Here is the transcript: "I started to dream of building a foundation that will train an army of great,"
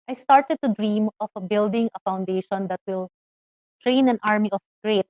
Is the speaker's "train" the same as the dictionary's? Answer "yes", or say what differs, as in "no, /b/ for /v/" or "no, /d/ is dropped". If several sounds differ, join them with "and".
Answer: yes